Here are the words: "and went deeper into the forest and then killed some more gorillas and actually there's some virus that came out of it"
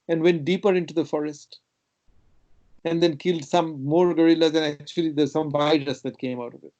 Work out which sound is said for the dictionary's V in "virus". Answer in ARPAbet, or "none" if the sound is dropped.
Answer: B